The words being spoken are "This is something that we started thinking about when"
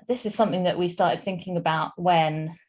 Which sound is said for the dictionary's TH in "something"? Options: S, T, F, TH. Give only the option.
TH